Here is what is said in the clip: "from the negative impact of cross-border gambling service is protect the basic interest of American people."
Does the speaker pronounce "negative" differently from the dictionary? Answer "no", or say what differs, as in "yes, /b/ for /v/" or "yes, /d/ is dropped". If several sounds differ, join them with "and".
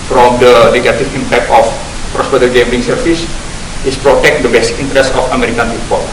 yes, /f/ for /v/